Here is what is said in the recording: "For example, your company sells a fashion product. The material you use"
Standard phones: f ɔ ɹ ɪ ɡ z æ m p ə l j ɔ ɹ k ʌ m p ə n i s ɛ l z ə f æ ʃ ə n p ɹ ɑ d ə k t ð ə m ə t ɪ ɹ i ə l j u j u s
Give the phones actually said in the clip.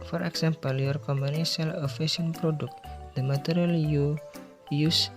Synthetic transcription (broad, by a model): f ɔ ɹ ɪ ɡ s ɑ m p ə l j ɔ ɹ k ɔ m b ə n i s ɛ l ə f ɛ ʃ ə n p ɹ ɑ d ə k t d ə m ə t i ɹ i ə l j u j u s